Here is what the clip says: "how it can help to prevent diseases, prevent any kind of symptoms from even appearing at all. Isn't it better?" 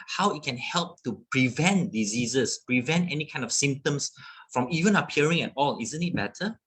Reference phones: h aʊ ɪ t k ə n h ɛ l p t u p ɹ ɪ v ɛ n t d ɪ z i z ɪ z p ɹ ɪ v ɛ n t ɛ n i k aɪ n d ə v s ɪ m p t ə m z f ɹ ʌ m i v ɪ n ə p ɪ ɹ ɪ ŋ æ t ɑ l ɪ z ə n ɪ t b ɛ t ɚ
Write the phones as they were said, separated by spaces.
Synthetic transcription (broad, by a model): h aʊ ɪ t k ə n h ɛ l p t u p ɹ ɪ v ɛ n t d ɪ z i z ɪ s p ɹ ɪ v ɛ n t ɛ n i k aɪ n d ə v s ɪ m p t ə m s f ɹ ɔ m i v ɪ n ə p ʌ ɹ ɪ ŋ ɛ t ɑ l ɪ z ə n ɪ t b ɛ t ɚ